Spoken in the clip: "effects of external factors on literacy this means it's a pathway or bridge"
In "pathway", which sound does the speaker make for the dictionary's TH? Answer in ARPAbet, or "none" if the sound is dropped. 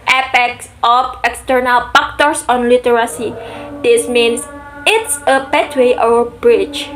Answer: T